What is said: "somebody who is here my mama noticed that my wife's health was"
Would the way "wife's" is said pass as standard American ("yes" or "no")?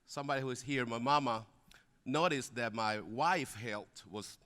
no